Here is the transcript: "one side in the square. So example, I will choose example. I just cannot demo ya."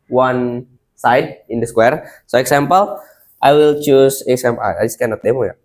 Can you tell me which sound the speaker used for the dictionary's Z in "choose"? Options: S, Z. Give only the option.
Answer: S